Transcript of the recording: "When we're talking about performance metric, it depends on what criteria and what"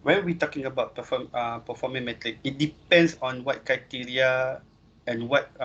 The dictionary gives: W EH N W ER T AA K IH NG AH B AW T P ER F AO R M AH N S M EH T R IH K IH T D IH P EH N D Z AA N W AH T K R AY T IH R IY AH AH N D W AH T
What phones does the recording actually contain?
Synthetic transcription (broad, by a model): W EH N W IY T AA K IH NG AH B AW T P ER F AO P M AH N M EH T R IH K IH T D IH P EH N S AA N W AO T K R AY T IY R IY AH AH N W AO T